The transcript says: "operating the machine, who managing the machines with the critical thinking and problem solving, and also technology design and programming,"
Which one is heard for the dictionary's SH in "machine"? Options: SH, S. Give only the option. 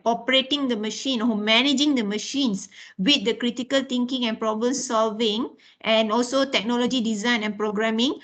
SH